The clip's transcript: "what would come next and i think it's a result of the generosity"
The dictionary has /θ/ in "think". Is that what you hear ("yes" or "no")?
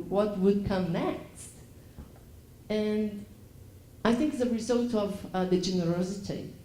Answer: yes